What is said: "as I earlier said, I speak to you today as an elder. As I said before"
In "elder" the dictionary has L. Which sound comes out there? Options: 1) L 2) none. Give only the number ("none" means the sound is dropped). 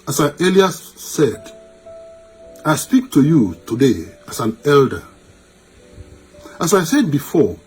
1